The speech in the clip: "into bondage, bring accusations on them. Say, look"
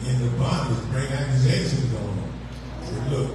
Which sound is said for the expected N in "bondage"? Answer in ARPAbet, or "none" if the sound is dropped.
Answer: none